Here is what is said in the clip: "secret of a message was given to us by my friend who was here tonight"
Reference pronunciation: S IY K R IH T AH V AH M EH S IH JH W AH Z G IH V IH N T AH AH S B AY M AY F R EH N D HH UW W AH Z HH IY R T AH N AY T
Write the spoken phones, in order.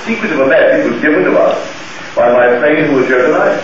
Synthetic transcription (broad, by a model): S IY K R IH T AH V AH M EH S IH CH W AH Z G IH V IH N T AH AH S B AY M AY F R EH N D HH UW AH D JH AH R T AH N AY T